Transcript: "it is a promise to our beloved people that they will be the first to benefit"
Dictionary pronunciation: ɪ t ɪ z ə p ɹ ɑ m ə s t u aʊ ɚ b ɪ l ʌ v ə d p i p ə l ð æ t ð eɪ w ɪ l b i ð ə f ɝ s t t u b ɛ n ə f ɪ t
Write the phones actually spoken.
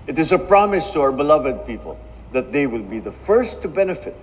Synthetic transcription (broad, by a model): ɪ t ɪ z ə p ɹ ɑ m ə s t u aʊ ɚ b ɪ l ʌ v ə d p i p ə l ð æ t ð eɪ w ɪ l b i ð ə f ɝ s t t u b ɛ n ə f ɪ t